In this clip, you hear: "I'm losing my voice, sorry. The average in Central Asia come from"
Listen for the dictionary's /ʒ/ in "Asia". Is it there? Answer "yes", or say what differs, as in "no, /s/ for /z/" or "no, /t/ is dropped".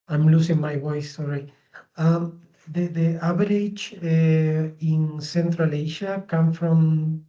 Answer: no, /ʃ/ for /ʒ/